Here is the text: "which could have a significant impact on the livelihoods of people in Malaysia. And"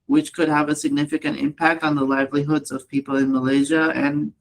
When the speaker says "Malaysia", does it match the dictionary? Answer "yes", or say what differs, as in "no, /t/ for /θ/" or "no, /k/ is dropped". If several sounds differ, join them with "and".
yes